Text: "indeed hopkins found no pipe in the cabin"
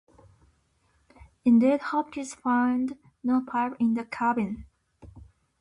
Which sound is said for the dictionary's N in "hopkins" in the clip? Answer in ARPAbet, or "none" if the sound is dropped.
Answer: none